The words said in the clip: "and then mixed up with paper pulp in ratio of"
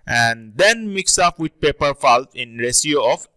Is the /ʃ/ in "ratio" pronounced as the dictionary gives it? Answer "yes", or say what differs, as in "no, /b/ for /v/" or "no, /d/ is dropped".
no, /s/ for /ʃ/